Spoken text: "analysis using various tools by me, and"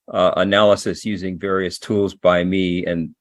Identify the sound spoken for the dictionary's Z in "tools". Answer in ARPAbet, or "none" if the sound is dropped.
Z